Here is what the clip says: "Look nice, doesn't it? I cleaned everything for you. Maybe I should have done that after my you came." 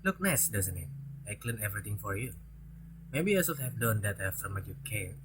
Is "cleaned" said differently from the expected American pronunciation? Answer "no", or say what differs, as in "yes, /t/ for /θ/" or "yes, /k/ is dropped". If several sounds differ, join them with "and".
yes, /d/ is dropped